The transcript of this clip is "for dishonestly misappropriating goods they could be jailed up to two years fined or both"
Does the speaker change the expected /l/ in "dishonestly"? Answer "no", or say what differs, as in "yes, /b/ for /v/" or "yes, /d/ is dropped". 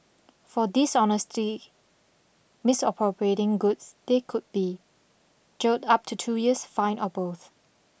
yes, /l/ is dropped